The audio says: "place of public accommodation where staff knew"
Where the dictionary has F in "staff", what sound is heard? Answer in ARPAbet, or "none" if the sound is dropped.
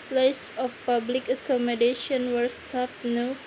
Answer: P